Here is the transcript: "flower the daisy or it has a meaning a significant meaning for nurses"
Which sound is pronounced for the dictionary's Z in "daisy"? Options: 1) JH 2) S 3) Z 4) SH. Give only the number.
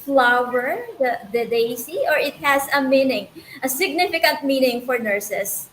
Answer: 2